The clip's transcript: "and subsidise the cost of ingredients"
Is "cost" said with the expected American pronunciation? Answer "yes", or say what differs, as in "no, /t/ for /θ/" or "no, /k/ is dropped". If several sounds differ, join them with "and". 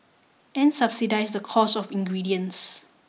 no, /t/ is dropped